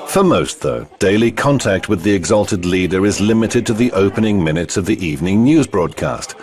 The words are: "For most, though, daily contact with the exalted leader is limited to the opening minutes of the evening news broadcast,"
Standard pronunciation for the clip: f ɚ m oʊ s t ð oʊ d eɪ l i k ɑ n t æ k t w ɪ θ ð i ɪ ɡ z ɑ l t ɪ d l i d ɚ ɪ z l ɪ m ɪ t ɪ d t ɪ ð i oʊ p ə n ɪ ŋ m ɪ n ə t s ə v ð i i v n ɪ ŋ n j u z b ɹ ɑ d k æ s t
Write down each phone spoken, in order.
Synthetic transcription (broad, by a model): f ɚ m oʊ s t ð oʊ d eɪ l i k ɑ n t æ k t w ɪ ð i ɪ ɡ z ɑ l t ɪ d l i d ɚ ɪ z l ɪ m ɪ t ɪ d t ɪ ð i oʊ p ə n ɪ ŋ m ɪ n ə t s ə v ð i i v n ɪ ŋ n j u z b ɹ ɑ d k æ s t